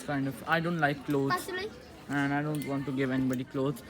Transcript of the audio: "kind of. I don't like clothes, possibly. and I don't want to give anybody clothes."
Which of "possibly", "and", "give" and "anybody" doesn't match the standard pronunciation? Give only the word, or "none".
possibly